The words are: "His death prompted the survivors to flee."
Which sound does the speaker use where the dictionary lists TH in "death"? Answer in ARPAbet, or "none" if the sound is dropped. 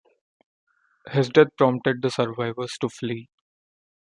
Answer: T